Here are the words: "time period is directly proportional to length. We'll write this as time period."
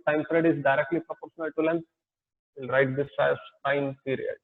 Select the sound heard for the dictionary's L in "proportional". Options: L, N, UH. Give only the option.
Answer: L